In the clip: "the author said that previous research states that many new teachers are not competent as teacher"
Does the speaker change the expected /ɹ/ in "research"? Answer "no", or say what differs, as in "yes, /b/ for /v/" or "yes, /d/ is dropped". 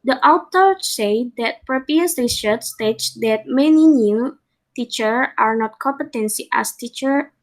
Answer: yes, /l/ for /ɹ/